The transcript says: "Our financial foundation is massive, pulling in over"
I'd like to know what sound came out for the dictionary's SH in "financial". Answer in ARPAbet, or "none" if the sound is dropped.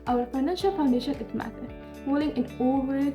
SH